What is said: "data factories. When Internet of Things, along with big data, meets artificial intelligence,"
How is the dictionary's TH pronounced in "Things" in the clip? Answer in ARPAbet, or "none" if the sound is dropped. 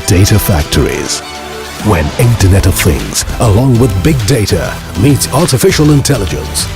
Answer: TH